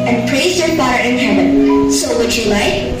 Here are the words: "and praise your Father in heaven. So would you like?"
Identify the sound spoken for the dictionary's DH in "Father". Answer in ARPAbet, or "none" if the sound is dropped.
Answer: none